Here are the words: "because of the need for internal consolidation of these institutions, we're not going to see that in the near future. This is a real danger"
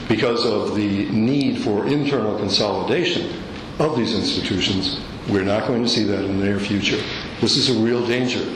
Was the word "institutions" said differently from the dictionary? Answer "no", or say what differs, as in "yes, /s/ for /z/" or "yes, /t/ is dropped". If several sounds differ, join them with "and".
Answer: no